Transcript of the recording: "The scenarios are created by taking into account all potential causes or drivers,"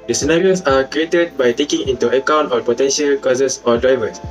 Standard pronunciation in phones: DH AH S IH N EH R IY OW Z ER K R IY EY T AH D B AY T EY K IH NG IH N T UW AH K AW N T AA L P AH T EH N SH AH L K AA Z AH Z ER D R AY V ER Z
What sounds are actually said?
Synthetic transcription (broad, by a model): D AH S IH N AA R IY OW S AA K R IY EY T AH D B AY T EY K IH NG IH N T UW AH K AW N T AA P AH T EH N SH AH L K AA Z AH S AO D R AY V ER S